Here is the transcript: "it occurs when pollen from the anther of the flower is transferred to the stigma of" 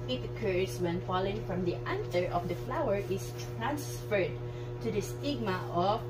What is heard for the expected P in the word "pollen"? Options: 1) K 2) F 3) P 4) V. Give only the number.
2